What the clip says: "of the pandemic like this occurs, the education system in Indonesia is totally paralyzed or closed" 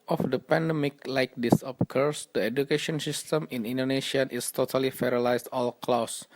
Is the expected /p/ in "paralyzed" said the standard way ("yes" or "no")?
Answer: no